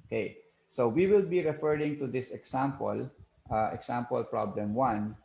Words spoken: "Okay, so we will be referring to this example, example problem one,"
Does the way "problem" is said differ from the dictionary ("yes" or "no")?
no